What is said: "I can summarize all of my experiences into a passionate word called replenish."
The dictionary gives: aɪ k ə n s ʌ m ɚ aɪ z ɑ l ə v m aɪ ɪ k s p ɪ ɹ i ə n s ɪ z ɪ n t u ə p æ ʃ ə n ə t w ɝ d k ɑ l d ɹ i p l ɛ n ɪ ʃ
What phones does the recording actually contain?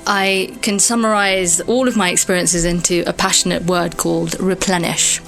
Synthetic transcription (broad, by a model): aɪ k ə n s ʌ m ɚ aɪ z ɑ l ə v m aɪ ɪ k s p ɪ ɹ i ə n s ɪ z ɪ n t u ə p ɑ ʃ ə n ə t w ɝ d k ɑ l d ɹ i p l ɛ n ɪ ʃ